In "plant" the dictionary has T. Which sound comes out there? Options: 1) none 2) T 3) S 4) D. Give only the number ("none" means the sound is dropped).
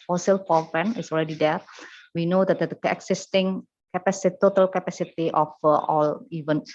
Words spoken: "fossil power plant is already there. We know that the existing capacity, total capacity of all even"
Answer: 1